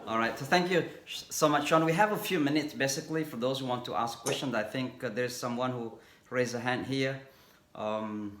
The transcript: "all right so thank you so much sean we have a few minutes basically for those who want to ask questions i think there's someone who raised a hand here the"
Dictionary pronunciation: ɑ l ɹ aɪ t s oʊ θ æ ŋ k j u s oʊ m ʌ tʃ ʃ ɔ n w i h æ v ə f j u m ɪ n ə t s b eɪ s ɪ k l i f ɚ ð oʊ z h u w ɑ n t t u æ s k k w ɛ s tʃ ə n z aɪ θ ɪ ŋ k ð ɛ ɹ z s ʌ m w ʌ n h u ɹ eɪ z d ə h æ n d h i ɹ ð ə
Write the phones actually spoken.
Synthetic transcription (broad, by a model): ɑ l ɹ aɪ t s oʊ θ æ ŋ k j u s oʊ m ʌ tʃ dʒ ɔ n w i h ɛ v ə f j u m ɪ n ə t s b eɪ s ɪ k l i f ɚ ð oʊ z h u w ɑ n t t u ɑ s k k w ɛ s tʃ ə n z aɪ θ ɪ ŋ k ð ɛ ɹ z s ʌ m w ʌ n h u ɹ eɪ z ə h æ n d h i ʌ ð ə